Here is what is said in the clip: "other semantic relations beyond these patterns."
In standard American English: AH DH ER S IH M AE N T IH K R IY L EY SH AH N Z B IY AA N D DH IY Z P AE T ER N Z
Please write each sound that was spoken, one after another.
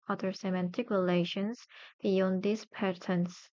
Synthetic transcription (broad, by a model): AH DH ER S IH M AE N T IH K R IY L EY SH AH N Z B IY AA N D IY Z P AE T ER N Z